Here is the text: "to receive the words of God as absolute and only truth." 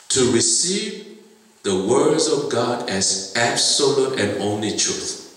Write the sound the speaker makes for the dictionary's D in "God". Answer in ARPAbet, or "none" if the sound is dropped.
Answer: D